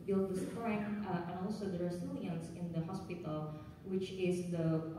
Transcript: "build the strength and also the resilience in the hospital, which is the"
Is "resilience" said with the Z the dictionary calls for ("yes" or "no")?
no